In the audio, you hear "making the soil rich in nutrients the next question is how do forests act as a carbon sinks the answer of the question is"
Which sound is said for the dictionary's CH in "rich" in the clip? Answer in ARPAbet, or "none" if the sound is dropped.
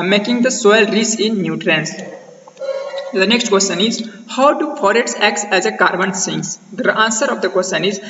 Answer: S